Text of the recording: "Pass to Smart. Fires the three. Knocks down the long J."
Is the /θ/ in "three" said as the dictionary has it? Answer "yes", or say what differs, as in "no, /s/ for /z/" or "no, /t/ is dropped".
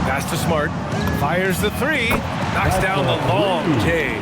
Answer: yes